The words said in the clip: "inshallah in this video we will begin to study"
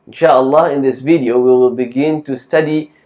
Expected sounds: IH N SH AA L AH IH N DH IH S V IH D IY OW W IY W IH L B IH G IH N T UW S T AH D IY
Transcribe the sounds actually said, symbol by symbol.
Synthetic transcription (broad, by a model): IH N SH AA L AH IH N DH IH S V IH D IY OW W IY W IH L B IH G IH N T UW S T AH D IY